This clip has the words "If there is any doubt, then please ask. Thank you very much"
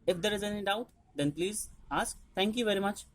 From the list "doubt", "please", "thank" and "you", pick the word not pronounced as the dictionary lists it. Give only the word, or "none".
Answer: thank